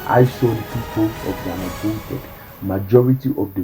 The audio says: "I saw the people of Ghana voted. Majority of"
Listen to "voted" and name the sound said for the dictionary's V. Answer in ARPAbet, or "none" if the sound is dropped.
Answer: P